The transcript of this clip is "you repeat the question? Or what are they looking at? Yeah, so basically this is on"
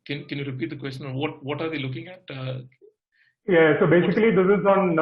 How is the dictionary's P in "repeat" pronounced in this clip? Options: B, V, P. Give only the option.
P